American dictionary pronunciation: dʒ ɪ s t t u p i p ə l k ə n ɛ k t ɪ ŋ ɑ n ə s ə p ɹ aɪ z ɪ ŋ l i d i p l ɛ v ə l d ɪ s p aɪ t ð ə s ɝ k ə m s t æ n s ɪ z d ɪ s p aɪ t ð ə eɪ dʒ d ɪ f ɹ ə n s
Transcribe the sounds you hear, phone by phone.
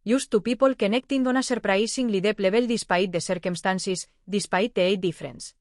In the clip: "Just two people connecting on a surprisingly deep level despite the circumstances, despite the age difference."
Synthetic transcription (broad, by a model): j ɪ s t t u p i p ə l k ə n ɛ k t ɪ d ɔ n ə s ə p ɹ aɪ s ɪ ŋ l i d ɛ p l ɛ b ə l d ɪ s p aɪ t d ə s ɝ k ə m s t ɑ n s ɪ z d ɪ s p aɪ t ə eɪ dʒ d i f ɹ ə n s